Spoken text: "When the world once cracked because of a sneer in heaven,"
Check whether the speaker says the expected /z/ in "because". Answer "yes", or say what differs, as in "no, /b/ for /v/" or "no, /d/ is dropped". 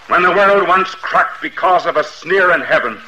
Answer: yes